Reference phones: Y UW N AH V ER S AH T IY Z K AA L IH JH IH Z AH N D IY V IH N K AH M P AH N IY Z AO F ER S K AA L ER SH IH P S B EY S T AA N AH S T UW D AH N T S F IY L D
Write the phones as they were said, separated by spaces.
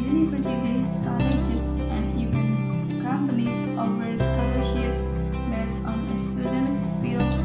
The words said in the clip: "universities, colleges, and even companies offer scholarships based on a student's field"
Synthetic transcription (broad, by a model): Y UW N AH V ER S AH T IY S K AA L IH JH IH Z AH N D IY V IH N K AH M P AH N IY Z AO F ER S K AA L ER SH IH P S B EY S AA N AH S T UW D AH N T S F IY L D